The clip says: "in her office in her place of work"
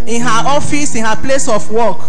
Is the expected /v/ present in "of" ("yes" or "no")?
no